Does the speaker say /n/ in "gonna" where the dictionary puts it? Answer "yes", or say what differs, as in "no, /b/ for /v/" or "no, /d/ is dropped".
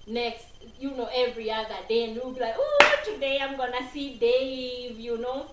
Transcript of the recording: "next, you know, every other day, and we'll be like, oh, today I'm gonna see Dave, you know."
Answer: yes